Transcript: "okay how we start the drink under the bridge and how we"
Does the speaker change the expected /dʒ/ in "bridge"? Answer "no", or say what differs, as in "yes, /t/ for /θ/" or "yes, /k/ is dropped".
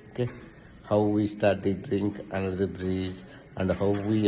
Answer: yes, /z/ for /dʒ/